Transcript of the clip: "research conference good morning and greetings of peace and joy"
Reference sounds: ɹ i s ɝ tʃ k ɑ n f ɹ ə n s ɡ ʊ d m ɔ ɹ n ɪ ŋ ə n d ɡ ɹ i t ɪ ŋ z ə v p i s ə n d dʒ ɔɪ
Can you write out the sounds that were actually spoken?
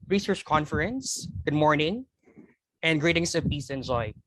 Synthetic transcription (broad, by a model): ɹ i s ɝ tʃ k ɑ n f ɹ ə n s ɡ ʊ d m ɔ ɹ n ɪ ŋ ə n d ɡ ɹ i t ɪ ŋ s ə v p i s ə n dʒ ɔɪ